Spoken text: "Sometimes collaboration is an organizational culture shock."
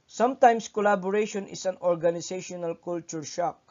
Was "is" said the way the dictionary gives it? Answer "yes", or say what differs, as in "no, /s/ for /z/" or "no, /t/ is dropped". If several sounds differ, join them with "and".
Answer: no, /s/ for /z/